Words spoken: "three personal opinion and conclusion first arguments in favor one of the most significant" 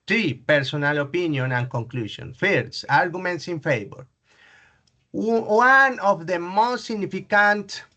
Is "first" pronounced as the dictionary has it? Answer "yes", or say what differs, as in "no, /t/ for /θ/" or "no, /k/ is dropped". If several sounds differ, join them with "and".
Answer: no, /t/ is dropped